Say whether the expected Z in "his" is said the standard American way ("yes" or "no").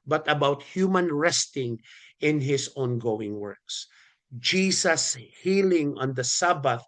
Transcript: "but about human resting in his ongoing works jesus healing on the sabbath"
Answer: no